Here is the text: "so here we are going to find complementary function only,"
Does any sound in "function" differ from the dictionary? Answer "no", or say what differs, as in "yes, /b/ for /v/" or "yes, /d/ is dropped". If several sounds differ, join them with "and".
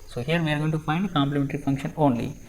no